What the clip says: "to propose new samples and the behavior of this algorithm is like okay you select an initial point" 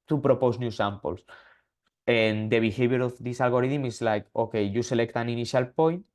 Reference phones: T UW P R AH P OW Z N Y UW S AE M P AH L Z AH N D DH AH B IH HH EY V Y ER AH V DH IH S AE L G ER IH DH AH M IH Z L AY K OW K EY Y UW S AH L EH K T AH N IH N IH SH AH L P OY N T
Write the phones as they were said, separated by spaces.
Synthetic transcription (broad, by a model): T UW P R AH P OW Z N Y UW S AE M P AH L S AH N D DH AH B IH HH EY B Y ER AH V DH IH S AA L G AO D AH M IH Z L AY K OW K EY Y UW S AH L EH K T AH N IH N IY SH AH L P OY N T